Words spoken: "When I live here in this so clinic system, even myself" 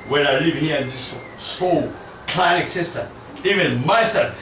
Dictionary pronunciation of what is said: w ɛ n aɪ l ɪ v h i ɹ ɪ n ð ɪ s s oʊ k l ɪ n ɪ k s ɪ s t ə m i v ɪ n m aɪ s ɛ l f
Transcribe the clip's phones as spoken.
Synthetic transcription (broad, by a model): w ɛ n aɪ l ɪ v h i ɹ ɪ n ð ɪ s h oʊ k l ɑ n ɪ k s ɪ s t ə i v ɪ n m aɪ s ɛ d